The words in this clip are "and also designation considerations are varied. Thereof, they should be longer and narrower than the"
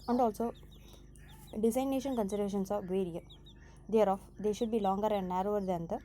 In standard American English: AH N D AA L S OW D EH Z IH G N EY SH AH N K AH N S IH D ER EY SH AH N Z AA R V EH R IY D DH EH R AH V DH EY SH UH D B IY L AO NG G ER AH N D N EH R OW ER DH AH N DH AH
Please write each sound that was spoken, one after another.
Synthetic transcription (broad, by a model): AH N D AA L S OW D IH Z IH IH N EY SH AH N K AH N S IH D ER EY SH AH N S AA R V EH R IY D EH R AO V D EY SH UH D B IY L AO NG G ER AH N D N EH R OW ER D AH N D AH